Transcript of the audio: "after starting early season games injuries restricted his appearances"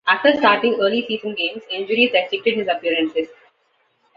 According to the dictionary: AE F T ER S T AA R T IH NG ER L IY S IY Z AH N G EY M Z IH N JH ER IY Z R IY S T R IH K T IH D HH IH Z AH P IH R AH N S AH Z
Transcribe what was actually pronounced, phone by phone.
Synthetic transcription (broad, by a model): AE F T ER S T AA R T IH NG ER L IY S IY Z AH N G EY M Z IH N JH ER IY Z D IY T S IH K T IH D HH IH Z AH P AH R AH N S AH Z